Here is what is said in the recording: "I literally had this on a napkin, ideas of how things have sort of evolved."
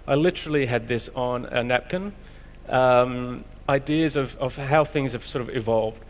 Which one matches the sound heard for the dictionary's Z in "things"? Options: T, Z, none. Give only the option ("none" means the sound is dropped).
Z